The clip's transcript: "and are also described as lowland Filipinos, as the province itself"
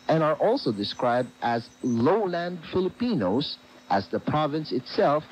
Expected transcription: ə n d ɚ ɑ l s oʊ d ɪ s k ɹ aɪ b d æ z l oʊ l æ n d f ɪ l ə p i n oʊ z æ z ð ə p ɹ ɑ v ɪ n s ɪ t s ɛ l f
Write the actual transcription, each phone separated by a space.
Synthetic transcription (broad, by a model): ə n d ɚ ɑ l s oʊ d ɪ s k ɹ aɪ b d æ z l oʊ l æ n d f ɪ l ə p i n oʊ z æ z ð ə p ɹ ɑ v ɪ n s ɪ t s ɛ l f